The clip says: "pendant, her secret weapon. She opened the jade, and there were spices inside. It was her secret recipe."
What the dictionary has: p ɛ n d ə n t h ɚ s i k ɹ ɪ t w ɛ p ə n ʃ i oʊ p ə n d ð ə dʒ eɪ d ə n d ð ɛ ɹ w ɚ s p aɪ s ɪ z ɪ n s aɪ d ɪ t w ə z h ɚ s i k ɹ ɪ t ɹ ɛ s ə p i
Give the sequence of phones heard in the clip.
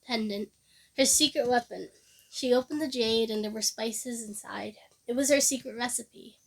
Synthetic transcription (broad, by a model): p ɛ n d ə n t h ɚ s i k ɹ ɪ t w ɛ p ə n ʃ i oʊ p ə n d ð ə dʒ eɪ d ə n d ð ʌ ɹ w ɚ s p aɪ s ɪ z ɪ n s aɪ d ɪ t w ə z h ɚ s i k ɹ ɪ t ɹ ɛ s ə p i